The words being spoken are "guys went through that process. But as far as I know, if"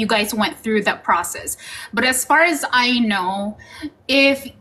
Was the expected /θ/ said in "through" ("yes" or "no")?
yes